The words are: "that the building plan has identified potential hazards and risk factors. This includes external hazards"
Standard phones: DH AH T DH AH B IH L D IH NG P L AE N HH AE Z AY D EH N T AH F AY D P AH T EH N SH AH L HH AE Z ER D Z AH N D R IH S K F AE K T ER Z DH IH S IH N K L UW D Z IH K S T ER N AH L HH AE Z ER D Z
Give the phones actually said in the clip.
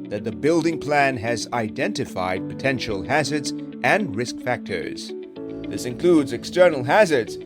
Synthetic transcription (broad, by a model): DH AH T DH AH B IH L D IH NG P L AE N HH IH Z AY D EH N T AH F AY D P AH T EH N SH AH L HH AE Z ER D Z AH N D R IH S K F AE K T ER Z DH IH S IH N K L UW D Z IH K S T ER N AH L HH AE Z ER D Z